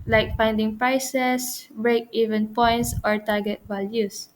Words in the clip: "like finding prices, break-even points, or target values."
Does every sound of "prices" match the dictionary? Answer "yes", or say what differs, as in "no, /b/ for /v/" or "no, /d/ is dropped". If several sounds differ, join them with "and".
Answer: no, /s/ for /z/